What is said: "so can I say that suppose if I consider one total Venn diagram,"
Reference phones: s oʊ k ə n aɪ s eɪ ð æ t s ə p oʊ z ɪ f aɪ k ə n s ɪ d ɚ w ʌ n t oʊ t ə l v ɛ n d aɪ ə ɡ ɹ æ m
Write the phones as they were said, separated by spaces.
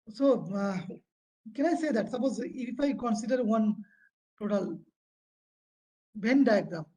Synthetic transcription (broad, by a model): s oʊ k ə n aɪ s eɪ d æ t s ə p oʊ z ɪ f aɪ k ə n s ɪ d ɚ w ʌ n t oʊ t ə l b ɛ n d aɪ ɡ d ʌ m